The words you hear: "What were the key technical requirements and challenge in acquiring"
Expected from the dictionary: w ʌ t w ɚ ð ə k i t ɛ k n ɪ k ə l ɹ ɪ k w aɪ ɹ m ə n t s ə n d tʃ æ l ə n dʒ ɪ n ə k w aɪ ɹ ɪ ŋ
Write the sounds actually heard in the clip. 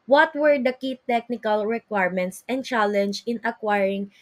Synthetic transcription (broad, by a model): w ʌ t w ɚ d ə k i t ɛ k n ɪ k ə l ɹ ɪ k w aɪ ɹ m ə n t s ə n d tʃ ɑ l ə n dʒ ɪ n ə k w aɪ ɹ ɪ ŋ